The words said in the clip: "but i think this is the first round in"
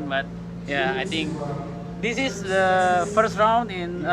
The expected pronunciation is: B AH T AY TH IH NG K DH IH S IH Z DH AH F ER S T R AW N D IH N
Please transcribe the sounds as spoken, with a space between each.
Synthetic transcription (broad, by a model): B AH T AY T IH NG K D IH S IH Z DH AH F ER S T R AW N D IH N